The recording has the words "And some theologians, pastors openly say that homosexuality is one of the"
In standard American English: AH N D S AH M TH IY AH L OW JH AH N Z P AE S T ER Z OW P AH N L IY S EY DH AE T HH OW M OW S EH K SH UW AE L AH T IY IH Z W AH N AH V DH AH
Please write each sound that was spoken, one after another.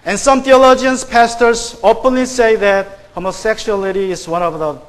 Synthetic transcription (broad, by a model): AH N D S AH M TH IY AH L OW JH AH N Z P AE S T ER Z OW P AH N L IY S EY DH AE T HH OW M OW S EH K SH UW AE L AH T IY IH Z W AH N AH V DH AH